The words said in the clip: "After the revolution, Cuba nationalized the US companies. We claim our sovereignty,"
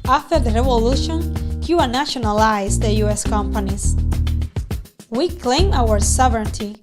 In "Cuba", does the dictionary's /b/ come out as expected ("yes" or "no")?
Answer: no